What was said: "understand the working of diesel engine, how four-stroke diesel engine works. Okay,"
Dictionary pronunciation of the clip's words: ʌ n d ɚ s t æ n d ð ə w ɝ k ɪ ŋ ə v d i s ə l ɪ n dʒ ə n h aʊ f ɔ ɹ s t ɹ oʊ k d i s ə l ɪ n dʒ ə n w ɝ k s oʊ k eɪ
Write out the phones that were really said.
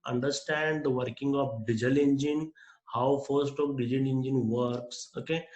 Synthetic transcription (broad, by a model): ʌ n d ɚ s t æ n d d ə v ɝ k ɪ ŋ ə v d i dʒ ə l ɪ n dʒ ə n h aʊ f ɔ ɹ s t oʊ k d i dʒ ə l ɪ n dʒ ə n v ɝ k s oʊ k eɪ